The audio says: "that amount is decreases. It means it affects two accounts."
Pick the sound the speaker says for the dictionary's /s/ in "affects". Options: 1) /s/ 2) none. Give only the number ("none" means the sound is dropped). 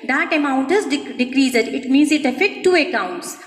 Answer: 2